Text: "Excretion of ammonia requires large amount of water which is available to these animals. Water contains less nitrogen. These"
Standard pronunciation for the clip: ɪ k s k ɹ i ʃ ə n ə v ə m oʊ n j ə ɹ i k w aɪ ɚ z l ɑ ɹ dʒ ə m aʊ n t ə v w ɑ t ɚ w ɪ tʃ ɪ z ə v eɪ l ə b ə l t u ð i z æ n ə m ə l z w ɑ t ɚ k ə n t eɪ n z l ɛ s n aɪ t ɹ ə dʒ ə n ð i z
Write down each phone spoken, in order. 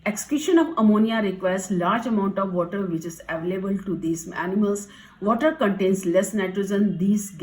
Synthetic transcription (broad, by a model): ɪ k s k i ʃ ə n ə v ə m oʊ n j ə ɹ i k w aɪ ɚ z l ɑ ɹ dʒ ə m aʊ n t ə v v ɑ t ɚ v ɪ tʃ ɪ z ə v eɪ l ə b ə l t u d i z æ n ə m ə l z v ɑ t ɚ k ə n t eɪ n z l ɛ s n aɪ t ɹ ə z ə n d i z